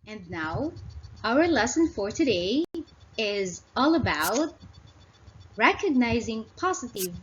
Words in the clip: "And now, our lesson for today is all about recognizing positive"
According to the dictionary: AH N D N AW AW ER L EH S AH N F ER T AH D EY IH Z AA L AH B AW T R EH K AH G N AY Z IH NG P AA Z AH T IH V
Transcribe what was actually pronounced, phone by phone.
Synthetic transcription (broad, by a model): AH N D N AW AW ER L EH S AH N F ER T AH D EY IH Z AA L AH B AW T R EH K AH G N AY Z IH NG P AA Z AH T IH V